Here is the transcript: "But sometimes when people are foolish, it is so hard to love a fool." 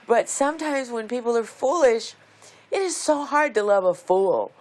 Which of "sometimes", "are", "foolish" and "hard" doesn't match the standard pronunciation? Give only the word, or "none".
none